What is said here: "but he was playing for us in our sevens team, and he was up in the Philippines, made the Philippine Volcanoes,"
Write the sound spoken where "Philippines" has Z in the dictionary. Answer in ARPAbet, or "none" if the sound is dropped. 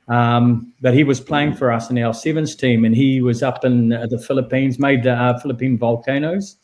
Z